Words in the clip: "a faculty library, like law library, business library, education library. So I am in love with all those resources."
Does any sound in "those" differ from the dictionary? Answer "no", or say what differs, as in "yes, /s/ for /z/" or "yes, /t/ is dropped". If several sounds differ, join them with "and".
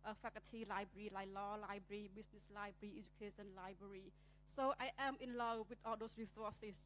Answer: yes, /s/ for /z/